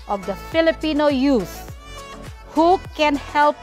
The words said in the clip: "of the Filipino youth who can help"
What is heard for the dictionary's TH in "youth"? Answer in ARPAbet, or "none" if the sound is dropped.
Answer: S